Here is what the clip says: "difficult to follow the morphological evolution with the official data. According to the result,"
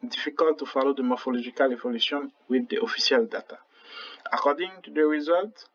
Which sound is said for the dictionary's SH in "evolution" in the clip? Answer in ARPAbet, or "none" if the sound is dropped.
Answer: S